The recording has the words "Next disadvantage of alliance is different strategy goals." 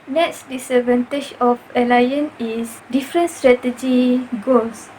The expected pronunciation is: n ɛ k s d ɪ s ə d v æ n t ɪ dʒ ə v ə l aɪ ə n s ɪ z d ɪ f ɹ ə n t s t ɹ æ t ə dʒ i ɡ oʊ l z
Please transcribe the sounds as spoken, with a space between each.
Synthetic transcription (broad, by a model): n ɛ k s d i s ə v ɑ n t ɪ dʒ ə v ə l aɪ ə n ɪ s d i f ɹ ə n s t ɹ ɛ t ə dʒ i ɡ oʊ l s